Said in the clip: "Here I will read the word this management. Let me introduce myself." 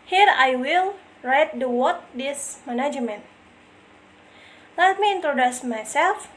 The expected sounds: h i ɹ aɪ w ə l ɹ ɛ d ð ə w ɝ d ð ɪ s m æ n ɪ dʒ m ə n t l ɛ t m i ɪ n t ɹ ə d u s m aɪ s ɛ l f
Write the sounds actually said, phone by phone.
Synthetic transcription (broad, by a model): h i ɹ aɪ w ə l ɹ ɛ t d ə w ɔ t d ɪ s m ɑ n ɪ dʒ m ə n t l ɛ t m i ɪ n t ɹ ə d u s m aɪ s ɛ l f